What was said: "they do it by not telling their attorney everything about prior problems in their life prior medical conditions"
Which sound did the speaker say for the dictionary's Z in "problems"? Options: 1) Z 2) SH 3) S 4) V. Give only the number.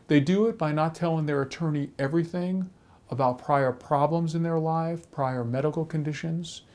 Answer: 1